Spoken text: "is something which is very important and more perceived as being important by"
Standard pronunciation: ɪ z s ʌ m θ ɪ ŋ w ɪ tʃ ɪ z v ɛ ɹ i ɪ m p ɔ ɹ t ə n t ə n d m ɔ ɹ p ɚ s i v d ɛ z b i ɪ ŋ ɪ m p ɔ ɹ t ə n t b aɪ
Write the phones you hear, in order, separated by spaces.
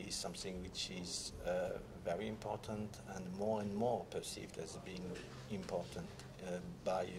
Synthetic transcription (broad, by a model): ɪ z s ʌ m θ ɪ ŋ w ɪ tʃ ɪ z v ɛ ɹ i ɪ m p ɔ ɹ t ə n t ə n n m ɔ ɹ p ɚ s i v d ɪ z b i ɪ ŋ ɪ m p ɔ ɹ t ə n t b aɪ